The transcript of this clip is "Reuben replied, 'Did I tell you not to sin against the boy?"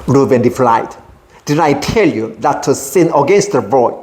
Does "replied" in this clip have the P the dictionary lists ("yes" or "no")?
no